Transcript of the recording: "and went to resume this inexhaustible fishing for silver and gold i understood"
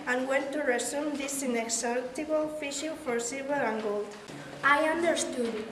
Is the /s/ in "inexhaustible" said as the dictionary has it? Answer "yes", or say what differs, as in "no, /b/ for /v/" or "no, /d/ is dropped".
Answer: no, /s/ is dropped